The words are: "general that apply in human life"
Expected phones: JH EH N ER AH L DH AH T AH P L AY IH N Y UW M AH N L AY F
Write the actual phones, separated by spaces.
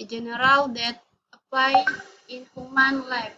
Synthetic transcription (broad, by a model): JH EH N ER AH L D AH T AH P AY IH N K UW M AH N L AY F